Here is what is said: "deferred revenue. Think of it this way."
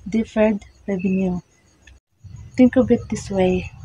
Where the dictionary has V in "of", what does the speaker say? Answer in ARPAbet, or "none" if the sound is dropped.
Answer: B